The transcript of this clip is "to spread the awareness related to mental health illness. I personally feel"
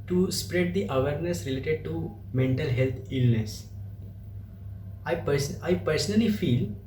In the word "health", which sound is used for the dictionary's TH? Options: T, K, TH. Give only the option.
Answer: T